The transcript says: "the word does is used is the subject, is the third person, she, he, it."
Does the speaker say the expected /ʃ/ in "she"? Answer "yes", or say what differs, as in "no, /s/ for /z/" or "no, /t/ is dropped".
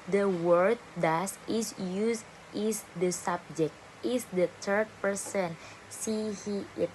no, /s/ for /ʃ/